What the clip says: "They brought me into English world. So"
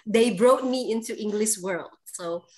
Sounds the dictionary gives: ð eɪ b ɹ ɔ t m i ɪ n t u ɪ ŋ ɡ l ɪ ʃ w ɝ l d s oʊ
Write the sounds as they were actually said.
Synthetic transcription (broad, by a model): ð eɪ b ɹ ɔ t m i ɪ n t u ɪ ŋ ɡ l ɪ ʃ w ɝ l d s oʊ